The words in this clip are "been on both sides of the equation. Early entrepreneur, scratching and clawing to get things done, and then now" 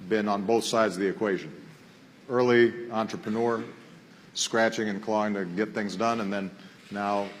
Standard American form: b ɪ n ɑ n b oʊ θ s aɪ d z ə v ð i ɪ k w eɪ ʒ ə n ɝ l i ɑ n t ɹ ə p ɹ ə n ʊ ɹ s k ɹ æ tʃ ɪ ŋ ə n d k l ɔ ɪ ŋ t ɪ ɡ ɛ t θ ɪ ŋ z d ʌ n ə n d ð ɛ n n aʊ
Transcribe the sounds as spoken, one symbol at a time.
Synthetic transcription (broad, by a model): b ɪ n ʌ n b oʊ θ s aɪ d z ə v ð i ɪ k w eɪ ʒ ə n ɝ l i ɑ n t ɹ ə p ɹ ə n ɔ ɹ s k ɹ æ tʃ ɪ ŋ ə n k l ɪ ɪ ŋ t ɪ ɡ ɛ t θ ɪ ŋ z d ʌ n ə n ð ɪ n n aʊ